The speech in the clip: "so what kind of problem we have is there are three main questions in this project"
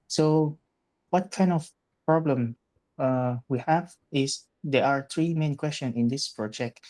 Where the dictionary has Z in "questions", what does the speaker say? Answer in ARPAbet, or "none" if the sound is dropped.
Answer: none